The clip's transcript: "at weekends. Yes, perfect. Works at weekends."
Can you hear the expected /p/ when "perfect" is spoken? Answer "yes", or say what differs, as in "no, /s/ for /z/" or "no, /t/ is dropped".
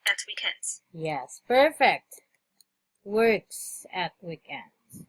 yes